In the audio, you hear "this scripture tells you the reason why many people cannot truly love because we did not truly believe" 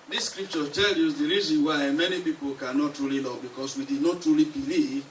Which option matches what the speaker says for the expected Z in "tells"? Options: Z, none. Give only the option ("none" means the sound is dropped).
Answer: none